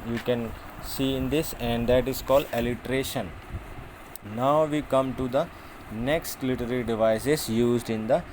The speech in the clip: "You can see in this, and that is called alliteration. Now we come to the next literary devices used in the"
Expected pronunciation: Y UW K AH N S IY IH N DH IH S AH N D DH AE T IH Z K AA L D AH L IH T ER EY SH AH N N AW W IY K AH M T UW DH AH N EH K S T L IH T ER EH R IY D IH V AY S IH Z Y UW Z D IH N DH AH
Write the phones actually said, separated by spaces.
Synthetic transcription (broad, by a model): Y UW K AH N S IY IH N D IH S AH N D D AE T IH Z K AA L D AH L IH T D EY SH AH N N AW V IY K AH M T UW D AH N EH K S T L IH T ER R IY D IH V AY S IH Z Y UW Z D IH N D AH